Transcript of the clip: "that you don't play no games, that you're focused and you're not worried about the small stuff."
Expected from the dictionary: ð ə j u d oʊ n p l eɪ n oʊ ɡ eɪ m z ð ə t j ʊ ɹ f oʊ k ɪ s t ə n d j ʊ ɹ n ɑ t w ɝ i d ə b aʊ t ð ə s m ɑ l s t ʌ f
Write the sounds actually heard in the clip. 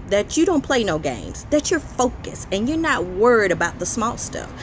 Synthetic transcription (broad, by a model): ð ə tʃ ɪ d oʊ n p l eɪ n oʊ ɡ eɪ m z ð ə t j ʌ ɹ f oʊ k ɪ s ə n j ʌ ɹ n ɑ t w ɝ i d ə b aʊ t ð ə s m ɑ l s t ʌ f